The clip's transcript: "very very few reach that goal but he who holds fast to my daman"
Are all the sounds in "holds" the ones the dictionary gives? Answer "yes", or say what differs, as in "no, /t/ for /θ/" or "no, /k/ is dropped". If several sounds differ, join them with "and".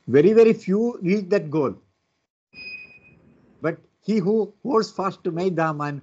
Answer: no, /l/ is dropped